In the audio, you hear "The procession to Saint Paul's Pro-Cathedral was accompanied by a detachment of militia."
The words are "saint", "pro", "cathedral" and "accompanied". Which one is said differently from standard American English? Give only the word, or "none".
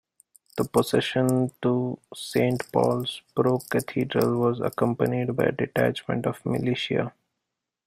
cathedral